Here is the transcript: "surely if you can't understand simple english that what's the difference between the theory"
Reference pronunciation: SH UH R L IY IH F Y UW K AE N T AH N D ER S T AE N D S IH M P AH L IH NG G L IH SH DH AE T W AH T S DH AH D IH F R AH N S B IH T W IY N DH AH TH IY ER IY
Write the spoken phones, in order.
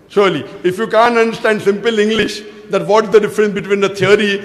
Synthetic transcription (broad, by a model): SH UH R L IY IH F Y UW K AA N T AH N D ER S T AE N D S IH M P AH L IH NG G L IH SH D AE T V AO T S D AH D IH F R AH N S B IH T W IY N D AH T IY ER IY